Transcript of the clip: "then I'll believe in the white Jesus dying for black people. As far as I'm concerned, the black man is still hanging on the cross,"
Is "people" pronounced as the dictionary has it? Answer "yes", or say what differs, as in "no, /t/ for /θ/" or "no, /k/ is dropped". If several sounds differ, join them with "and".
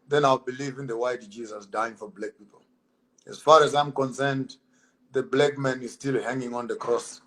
yes